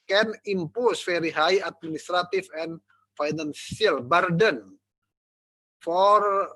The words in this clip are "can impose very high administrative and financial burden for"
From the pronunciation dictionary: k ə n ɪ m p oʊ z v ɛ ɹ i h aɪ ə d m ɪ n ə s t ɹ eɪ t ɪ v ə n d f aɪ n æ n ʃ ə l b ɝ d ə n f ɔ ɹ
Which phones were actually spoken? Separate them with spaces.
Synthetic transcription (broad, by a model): k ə n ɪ m p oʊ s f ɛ ɹ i h aɪ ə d m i n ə s t ɹ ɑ t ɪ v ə n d f aɪ n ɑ n s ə l b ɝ d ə n f ɔ ɹ